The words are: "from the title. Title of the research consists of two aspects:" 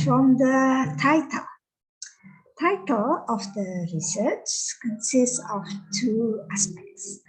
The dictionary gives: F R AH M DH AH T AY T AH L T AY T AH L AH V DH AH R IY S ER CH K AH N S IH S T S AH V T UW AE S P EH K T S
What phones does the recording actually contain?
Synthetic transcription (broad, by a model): F R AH M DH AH T AY T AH L T AY T AH L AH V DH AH R IY S ER CH K AH N S IH S T S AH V T UW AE S P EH K T S